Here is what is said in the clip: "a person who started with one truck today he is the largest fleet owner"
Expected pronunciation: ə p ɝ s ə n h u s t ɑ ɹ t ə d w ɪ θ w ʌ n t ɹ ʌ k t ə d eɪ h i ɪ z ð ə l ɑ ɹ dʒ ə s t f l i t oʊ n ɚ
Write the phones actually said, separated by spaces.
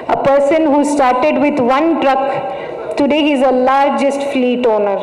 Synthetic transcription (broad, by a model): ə p ɝ s ə n h u s t ɑ ɹ t ə d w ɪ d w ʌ n t ɹ ʌ k t ə d eɪ h i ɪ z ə l ɑ ɹ dʒ ə s t f l i t oʊ n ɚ